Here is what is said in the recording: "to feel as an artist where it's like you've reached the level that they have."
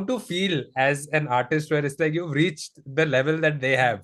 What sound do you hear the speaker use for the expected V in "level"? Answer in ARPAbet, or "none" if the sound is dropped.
V